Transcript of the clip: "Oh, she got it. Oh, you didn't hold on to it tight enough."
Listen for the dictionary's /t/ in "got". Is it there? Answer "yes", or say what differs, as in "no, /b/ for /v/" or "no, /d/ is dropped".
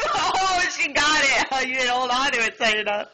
yes